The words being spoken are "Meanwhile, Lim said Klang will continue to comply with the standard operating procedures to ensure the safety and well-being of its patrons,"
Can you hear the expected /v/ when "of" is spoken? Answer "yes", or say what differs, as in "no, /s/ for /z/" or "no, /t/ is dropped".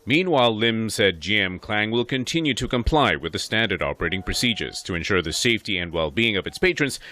yes